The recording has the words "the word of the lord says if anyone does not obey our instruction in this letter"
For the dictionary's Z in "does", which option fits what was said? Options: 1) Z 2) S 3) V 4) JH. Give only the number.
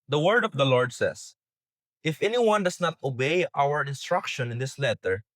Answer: 2